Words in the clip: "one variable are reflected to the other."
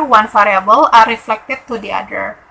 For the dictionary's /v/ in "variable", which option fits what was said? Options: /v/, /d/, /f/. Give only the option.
/f/